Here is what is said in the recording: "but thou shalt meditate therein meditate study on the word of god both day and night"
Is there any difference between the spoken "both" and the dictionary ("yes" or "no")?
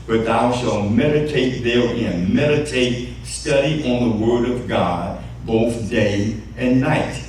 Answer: no